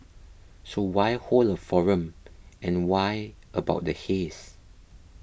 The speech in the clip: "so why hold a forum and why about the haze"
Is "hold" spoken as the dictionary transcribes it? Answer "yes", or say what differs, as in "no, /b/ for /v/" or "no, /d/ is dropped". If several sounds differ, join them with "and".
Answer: no, /d/ is dropped